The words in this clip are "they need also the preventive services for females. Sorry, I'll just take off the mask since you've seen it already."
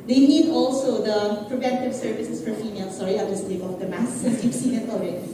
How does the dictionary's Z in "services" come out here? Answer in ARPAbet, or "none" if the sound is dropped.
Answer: S